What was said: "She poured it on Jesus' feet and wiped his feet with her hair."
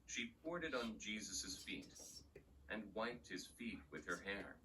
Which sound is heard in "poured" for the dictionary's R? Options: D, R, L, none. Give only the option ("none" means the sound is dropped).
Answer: R